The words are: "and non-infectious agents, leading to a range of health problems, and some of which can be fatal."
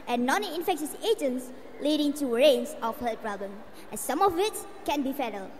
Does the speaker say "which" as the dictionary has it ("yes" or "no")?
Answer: no